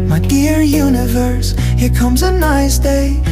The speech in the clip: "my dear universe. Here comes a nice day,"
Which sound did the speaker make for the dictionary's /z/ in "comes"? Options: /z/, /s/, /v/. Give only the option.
/z/